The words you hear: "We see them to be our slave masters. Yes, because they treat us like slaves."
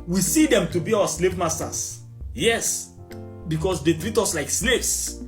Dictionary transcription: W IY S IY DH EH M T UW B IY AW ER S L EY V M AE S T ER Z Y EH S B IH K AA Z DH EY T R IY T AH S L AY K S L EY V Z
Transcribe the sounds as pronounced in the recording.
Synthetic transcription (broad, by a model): W IY S IY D EH M T UW B IY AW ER S L EY V M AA S T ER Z Y EH S B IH K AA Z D EY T R IY T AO S L AY K S L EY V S